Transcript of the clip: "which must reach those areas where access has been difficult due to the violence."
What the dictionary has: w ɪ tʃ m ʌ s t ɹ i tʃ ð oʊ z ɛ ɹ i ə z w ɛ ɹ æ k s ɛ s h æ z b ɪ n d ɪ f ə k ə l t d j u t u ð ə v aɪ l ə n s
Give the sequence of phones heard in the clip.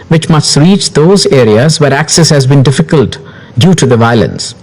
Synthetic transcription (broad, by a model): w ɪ tʃ m ʌ s t ɹ i tʃ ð oʊ z ɛ ɹ i ə z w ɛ ɹ æ k s ɛ s h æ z b ɪ n d ɪ f ə k ə l t d j u t u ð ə v aɪ l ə n s